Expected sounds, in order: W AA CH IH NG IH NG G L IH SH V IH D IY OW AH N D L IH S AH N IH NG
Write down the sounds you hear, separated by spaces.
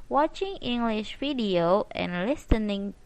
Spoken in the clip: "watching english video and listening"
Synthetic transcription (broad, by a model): W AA CH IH NG IH NG G L IH SH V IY D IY OW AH N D L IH S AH N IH NG